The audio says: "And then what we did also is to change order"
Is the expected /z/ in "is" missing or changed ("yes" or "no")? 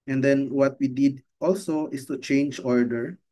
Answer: yes